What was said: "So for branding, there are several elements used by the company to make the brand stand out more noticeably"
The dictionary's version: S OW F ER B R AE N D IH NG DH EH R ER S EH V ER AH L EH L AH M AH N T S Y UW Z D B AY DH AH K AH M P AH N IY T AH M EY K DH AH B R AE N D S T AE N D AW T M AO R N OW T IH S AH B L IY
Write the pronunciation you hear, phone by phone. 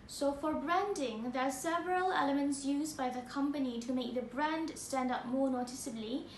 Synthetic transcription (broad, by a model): S OW F ER B R AE N D IH NG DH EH R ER S EH V ER AH L EH L AH M AH N T S Y UW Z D B AY DH AH K AH M P AH N IY T AH M EY K DH AH B R AE N D S T AE N D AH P M AO R N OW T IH S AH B L IY